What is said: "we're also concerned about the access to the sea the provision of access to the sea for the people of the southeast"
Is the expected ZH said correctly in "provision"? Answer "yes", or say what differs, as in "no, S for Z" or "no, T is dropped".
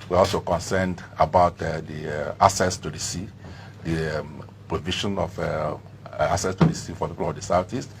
no, SH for ZH